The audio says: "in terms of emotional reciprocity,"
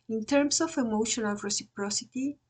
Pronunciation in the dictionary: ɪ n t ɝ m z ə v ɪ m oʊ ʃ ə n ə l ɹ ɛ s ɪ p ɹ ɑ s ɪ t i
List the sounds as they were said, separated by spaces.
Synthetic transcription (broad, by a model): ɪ n t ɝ m s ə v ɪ m oʊ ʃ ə n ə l ɹ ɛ s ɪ p ɹ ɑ s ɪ t i